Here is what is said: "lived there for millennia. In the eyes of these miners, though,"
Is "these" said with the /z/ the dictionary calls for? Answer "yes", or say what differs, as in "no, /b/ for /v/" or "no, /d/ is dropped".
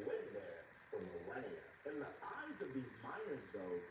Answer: yes